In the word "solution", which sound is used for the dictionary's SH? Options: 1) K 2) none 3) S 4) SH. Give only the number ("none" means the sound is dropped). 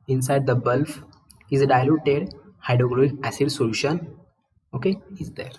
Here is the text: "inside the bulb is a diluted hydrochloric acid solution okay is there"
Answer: 4